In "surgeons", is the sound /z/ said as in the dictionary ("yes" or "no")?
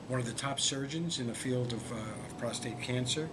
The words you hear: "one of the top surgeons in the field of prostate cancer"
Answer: yes